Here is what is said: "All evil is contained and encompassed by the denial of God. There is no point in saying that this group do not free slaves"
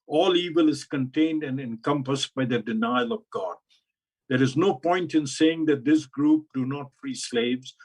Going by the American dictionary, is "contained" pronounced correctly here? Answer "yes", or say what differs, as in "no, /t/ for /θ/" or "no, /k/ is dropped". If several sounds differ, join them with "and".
yes